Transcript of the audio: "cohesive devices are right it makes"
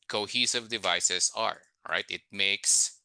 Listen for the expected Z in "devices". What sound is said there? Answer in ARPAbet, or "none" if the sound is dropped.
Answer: S